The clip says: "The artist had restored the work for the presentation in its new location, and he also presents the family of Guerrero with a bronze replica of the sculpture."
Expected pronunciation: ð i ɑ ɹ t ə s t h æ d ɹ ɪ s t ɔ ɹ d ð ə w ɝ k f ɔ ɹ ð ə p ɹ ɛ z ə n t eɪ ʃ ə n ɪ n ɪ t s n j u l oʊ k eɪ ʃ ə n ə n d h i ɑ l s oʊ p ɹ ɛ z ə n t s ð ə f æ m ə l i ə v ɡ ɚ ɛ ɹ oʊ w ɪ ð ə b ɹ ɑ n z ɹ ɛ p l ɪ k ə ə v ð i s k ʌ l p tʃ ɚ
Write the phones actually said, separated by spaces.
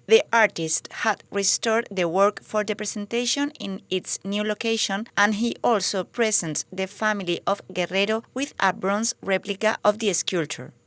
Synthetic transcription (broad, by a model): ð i ɑ ɹ t ə s t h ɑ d ɹ ɪ s t ɔ ɹ d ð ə w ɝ k f ɔ ɹ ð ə p ɹ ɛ s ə n t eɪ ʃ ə n ɪ n ɪ t s n j u l oʊ k eɪ ʃ ə n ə n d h i ɑ l s oʊ p ɹ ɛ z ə n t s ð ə f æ m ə l i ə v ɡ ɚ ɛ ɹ oʊ w ɪ ð ə b ɹ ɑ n s ɹ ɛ p l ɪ k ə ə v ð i s k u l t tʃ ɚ